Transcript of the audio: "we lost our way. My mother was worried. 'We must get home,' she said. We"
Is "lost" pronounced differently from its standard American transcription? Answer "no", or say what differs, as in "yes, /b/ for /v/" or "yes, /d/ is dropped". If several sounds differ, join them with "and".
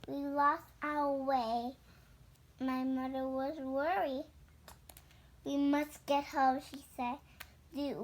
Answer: no